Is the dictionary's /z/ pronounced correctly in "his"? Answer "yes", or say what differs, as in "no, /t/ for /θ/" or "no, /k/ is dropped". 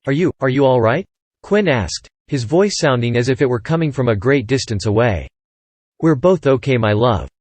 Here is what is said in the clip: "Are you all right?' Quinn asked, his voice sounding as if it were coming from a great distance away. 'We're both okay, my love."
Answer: yes